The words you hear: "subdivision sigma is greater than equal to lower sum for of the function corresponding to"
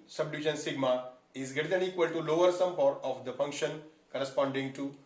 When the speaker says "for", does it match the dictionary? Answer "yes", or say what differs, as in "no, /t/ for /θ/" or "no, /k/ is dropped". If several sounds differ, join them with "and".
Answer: no, /p/ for /f/